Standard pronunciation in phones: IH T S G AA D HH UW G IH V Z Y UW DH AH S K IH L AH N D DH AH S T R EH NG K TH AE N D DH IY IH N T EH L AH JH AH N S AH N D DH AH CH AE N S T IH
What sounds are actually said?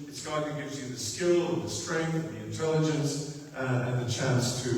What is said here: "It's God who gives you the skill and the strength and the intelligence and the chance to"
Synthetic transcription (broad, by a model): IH T S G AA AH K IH G IH V Z Y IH DH AH S K IH L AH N DH AH S T R EH NG K TH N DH IY IH N T EH L AH JH AH N S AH N DH AH CH AE N S T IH